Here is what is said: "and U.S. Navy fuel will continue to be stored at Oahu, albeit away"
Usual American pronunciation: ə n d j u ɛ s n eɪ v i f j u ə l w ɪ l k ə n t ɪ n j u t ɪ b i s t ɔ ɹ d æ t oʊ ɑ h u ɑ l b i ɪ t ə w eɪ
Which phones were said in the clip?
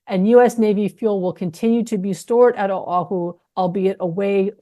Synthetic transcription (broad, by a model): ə n j u ɛ s n eɪ v i f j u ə l w ɪ l k ə n t ɪ n j u t ɪ b i s t ɔ ɹ d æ t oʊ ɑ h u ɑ l b i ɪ t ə w eɪ